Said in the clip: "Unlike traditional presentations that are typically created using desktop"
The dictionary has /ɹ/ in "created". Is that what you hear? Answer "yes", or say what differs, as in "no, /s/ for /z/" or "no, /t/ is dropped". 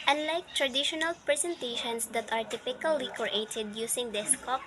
no, /ɹ/ is dropped